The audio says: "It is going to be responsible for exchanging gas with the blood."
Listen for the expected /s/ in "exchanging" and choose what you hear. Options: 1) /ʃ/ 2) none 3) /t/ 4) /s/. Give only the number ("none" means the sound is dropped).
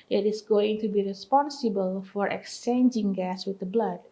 4